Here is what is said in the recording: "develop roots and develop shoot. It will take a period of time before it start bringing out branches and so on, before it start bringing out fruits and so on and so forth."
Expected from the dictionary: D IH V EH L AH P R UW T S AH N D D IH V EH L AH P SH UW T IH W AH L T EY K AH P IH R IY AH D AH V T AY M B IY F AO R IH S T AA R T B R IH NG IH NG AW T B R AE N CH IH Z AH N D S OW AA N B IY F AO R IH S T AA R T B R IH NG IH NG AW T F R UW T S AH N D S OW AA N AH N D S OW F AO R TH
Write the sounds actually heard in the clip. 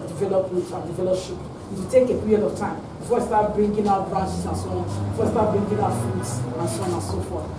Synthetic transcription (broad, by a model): D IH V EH L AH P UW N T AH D D IH V EH L AH P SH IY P IH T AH T EY K AH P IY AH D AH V T AY M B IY F AO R IH S T AA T B R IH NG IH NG AW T B R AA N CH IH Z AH N S OW AA N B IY F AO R IH S T AA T B R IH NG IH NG AW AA F UW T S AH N S OW AA N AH N S OW F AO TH